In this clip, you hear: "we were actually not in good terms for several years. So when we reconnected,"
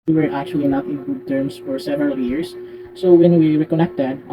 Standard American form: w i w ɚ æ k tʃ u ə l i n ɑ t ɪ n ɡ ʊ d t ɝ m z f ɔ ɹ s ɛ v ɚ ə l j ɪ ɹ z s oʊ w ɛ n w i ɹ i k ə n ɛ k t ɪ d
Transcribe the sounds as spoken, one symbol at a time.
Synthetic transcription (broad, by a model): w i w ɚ æ k tʃ u ə l i n ɑ t ɪ n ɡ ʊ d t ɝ m s f ɔ ɹ s ɛ v ɚ ə l j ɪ ɹ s s oʊ w ɛ n w i ɹ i k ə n ɛ k t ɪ d